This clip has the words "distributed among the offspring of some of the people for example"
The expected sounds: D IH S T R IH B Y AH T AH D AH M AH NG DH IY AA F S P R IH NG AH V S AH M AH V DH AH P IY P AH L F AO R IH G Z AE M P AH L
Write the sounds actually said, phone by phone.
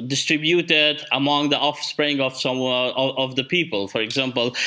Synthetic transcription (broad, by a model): D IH S T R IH B Y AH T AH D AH M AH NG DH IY AA F S P R IH NG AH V S AH M AH V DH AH P IY P AH L F AO R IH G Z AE M P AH L